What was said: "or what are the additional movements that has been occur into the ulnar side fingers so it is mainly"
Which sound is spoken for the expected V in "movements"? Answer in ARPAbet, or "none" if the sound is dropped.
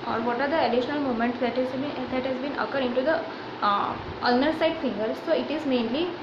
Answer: none